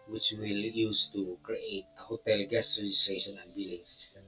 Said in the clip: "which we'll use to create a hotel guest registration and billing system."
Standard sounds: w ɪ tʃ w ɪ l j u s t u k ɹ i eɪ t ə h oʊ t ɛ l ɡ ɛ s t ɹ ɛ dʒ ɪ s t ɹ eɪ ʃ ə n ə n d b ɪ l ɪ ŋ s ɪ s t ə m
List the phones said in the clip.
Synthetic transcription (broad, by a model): w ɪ tʃ w ɪ l j u s t u k ɹ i eɪ t ə h oʊ t ɛ l ɡ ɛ s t ɹ ɛ dʒ ɪ s t ɹ eɪ ʃ ə n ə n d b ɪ l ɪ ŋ s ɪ s t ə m